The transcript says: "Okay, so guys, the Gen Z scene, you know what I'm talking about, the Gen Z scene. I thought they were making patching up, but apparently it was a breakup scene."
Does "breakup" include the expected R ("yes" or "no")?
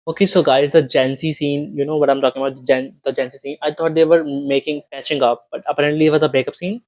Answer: no